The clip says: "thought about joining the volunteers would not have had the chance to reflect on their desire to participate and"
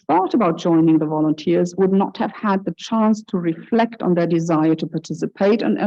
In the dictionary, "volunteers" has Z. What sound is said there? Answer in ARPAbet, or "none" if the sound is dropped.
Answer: Z